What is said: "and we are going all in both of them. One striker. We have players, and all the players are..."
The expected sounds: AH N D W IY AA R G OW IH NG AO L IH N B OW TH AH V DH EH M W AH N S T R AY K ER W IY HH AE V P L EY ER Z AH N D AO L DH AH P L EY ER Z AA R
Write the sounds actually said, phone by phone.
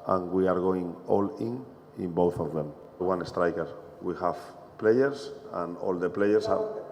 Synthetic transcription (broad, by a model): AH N W IY AA R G OW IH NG AO L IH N B OW TH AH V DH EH M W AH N S T R AY K ER W IY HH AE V P L EY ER S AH N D AO L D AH P L EY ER S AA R